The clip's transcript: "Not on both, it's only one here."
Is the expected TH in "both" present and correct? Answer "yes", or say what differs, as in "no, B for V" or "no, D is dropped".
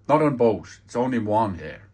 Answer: no, T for TH